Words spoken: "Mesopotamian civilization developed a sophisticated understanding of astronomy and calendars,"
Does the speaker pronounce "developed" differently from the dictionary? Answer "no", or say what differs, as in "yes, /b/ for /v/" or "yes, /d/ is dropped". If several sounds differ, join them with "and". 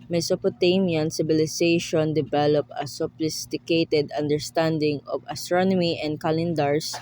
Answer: yes, /t/ is dropped